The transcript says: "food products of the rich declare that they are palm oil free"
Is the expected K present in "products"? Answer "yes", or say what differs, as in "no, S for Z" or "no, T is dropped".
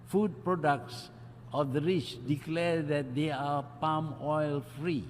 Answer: yes